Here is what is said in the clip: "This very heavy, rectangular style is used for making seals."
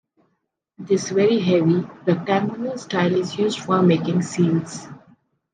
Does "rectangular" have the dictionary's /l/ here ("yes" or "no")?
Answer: no